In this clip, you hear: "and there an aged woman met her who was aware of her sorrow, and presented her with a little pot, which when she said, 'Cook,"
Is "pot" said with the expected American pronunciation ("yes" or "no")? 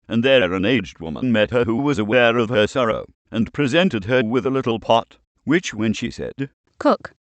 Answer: yes